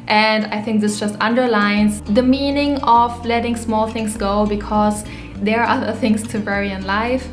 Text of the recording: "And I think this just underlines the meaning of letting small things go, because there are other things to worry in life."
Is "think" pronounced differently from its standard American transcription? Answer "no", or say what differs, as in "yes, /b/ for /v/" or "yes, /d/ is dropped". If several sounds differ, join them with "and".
no